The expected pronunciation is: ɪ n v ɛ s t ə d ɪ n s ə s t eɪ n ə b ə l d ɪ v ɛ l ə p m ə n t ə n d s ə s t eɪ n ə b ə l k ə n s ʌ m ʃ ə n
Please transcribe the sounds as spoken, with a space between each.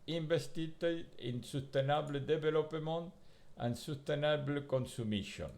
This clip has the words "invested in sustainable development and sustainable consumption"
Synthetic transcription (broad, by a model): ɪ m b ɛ s t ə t ɪ n s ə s t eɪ n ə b l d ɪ b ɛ l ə p m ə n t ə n s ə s t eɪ n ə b l k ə n s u m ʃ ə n